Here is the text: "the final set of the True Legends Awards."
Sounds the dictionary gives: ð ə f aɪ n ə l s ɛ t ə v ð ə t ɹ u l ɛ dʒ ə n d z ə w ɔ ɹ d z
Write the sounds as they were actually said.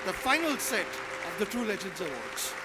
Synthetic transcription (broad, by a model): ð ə f aɪ n ə l s ɛ t ə v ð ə t u l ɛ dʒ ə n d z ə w ɔ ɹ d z